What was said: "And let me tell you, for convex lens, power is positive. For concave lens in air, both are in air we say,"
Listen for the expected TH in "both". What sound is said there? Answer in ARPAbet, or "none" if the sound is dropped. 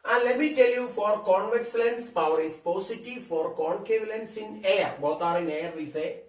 T